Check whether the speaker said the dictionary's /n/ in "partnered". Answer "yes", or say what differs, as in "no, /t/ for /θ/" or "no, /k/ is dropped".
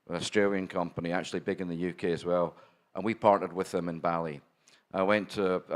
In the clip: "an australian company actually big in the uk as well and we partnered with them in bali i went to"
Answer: no, /n/ is dropped